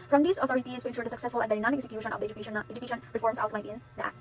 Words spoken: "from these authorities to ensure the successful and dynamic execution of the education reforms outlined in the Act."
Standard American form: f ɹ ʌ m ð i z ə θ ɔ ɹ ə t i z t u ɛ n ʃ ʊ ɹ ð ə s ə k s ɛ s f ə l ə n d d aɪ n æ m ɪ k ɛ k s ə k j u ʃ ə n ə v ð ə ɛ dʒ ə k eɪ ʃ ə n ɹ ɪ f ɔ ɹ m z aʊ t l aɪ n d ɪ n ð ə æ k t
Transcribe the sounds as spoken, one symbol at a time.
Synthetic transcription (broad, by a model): f ɹ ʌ m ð i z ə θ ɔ ɹ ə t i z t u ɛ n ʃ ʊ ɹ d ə s ə k s ɛ s f ə l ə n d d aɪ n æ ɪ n ɛ k s ə k j u ʃ ə n ə v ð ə ɛ dʒ ə k eɪ ʃ ə n ɹ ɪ f ɔ ɹ m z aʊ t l aɪ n ɪ n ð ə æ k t